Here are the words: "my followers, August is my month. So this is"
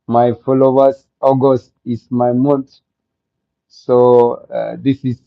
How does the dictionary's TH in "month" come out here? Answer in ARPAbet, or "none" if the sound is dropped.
T